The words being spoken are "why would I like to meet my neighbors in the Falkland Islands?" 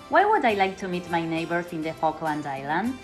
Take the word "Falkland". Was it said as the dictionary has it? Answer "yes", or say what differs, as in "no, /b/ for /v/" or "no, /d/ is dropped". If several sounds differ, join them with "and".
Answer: yes